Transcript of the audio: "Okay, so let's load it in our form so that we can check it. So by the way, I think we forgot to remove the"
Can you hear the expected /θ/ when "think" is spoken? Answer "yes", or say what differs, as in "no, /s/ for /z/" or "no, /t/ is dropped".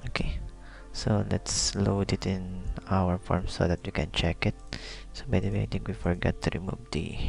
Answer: no, /t/ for /θ/